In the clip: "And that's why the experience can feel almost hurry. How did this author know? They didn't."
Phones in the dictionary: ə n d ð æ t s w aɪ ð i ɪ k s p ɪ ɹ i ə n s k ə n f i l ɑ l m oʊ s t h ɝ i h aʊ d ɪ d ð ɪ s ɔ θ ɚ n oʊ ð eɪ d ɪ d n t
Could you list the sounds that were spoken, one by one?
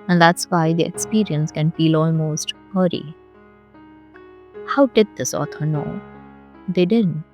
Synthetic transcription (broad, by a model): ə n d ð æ t s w aɪ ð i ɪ k s p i ɹ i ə n s k ə n f i l ɑ l m oʊ s t h ɝ i h aʊ d ɪ d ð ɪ s ɔ t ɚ n oʊ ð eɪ d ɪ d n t